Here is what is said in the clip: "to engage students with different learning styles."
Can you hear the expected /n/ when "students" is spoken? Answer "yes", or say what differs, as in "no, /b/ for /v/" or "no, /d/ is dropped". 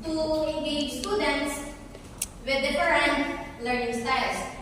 yes